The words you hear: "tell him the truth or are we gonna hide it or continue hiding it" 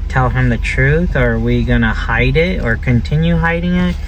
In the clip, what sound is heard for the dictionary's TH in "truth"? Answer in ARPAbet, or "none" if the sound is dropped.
TH